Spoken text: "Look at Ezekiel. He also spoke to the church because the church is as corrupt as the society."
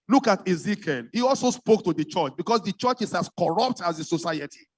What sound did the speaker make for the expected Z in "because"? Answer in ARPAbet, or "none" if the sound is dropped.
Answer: S